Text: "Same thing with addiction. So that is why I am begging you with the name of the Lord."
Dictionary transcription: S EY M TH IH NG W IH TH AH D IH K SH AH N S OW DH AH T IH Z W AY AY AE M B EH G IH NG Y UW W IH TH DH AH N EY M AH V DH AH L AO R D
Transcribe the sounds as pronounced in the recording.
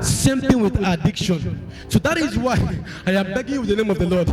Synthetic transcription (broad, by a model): S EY M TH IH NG W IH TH AH D IH K SH AH N S OW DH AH T IH Z W AY AY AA M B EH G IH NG Y UW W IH DH AH N EY M AH V DH AH L AO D